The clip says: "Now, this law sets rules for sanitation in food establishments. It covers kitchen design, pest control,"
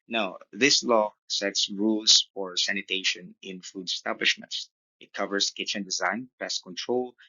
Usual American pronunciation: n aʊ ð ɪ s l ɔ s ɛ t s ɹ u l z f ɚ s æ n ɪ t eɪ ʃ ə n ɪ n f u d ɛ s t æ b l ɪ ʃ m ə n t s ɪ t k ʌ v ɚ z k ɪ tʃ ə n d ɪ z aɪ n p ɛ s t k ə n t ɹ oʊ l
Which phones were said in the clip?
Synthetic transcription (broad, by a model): n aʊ ð ɪ s l ɔ s ɛ t s ɹ u l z f ɚ s æ n ɪ t eɪ ʃ ə n ɪ n f u d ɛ s t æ b l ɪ ʃ m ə n t s ɪ t k ʌ v ɚ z k ɪ tʃ ə n d ɪ z aɪ n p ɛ s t k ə n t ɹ oʊ l